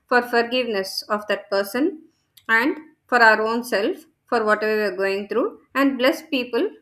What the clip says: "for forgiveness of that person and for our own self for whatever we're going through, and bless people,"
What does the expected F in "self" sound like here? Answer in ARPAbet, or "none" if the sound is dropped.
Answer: F